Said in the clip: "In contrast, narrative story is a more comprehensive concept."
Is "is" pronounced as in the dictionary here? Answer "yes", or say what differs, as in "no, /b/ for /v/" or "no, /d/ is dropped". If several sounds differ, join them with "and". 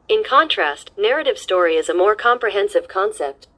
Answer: yes